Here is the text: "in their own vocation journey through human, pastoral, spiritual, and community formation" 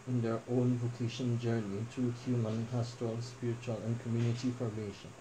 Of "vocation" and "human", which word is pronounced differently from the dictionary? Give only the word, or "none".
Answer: none